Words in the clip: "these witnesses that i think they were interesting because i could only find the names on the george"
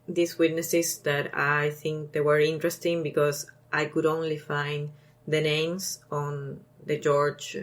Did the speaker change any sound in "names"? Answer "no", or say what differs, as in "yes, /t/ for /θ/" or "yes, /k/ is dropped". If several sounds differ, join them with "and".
yes, /s/ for /z/